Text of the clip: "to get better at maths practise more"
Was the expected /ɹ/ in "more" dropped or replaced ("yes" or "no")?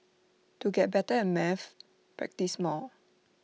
yes